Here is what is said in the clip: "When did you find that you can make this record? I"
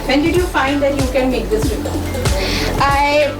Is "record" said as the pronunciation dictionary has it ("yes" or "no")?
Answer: no